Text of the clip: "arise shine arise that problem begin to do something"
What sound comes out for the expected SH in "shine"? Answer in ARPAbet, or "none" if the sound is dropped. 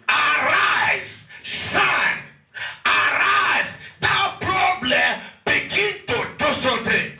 S